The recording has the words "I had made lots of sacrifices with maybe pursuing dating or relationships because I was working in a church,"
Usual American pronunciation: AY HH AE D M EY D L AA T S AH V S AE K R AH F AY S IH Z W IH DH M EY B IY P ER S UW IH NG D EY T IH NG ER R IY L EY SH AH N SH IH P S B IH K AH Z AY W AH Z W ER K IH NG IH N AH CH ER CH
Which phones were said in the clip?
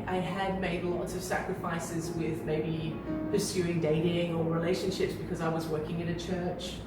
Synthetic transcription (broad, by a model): AY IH D M EY D L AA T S AH V S AE K R AH F AY S IH Z W IH DH M EY B IY P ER S UW IH NG D EY T IH NG ER R IY L EY SH AH N SH IH P S B IH K AH Z AY W AH Z W ER K IH NG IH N AH CH ER CH